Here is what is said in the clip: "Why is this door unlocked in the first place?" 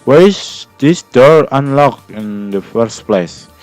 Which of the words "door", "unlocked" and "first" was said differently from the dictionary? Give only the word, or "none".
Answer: unlocked